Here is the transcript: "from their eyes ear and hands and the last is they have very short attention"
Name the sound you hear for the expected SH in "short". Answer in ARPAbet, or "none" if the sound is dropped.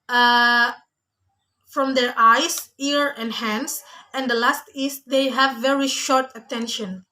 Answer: SH